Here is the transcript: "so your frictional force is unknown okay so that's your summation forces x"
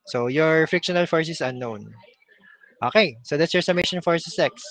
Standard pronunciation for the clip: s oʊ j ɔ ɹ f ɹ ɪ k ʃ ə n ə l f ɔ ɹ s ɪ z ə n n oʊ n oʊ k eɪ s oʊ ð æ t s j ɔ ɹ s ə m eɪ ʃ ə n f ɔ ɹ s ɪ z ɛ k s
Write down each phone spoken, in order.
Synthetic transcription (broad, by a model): s oʊ j ɔ ɹ f ɹ ɪ k ʃ ə n ə l f ɔ ɹ s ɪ s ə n n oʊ n oʊ k eɪ s oʊ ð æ t s j ɔ ɹ s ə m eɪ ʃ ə n f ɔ ɹ s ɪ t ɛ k s